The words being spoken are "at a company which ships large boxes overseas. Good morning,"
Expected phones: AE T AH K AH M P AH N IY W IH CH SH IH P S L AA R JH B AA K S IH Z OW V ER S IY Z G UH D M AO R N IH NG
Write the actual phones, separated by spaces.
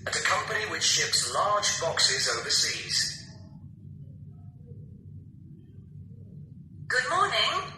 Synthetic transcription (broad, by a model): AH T AH K AH M P AH N IY W IH CH SH IH P S L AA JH B AA K S IH Z OW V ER S IY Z G UH D M AO N IH NG